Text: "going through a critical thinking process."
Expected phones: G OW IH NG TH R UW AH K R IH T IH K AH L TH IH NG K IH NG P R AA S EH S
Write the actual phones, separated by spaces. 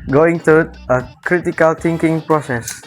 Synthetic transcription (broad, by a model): G OW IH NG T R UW AH K R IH T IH K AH L T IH NG K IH NG P R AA S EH S